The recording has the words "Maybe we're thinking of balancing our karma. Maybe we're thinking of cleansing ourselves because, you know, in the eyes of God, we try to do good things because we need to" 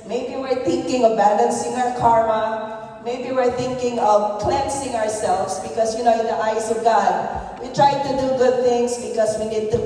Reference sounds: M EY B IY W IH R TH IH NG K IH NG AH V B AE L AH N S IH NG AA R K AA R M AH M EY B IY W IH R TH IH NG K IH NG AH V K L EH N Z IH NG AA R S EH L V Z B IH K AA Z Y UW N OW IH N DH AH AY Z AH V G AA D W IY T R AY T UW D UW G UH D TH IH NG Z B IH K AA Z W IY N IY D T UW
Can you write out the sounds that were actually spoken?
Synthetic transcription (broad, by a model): M EY B IY W IH R TH IH NG K IH NG AH V B AE L AH N S IH NG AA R K AA R M AH M EY B IY W IH R TH IH NG K IH NG AH V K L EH N S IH NG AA R S EH L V S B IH K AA S Y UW N OW IH N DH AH AY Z AH V G AA D W IY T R AY T UW D UW G UH D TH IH NG S B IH K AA S W IY N IY D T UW